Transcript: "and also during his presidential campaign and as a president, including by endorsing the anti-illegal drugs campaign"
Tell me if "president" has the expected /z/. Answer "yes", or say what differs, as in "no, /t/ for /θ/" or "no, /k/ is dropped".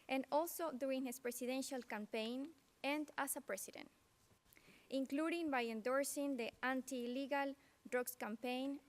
no, /s/ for /z/